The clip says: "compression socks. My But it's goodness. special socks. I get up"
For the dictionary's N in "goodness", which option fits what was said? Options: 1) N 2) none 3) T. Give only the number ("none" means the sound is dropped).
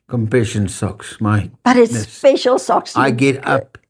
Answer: 2